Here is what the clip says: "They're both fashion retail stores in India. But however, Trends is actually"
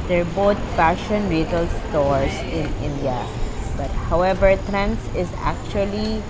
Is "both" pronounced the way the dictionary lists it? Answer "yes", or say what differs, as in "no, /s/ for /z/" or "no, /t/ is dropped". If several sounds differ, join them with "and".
no, /t/ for /θ/